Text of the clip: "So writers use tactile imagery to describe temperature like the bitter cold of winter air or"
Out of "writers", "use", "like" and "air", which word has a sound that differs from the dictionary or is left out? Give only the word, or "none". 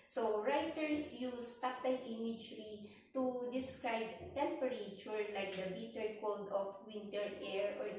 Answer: writers